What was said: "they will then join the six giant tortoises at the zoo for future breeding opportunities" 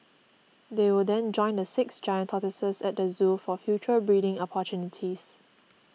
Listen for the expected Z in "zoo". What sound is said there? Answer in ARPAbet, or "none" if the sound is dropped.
Z